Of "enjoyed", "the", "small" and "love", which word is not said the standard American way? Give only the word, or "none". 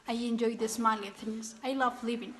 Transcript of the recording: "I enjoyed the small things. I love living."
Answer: small